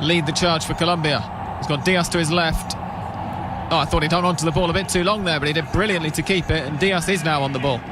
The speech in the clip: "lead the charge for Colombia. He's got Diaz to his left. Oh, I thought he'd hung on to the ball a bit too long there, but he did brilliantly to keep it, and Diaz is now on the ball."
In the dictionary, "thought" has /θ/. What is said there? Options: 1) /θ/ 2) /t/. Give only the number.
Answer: 1